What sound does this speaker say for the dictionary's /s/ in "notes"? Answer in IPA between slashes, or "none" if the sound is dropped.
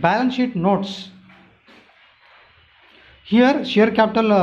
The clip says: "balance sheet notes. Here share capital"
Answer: /s/